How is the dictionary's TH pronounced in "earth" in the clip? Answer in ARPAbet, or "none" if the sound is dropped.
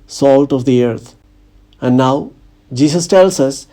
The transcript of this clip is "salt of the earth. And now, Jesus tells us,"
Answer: T